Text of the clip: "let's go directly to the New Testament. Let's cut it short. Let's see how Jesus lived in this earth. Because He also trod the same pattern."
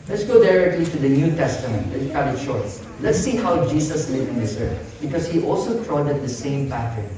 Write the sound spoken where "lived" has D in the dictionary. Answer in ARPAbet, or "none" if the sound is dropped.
none